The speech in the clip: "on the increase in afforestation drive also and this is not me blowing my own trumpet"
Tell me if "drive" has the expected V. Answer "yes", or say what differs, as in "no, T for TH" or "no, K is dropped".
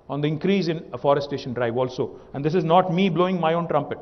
yes